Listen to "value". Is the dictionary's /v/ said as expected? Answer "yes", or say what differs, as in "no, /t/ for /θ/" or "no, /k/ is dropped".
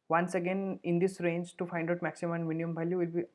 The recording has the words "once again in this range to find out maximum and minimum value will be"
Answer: no, /b/ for /v/